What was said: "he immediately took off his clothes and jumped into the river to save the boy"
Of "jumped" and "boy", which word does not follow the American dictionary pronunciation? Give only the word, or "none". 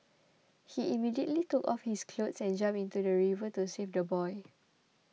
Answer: jumped